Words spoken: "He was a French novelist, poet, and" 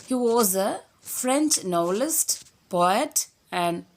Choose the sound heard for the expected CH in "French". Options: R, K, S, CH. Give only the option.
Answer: CH